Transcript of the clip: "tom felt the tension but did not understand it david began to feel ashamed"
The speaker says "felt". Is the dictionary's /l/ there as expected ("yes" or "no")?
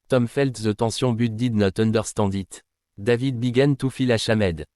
yes